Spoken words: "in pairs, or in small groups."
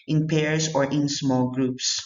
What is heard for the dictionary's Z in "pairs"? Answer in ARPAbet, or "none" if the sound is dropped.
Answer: S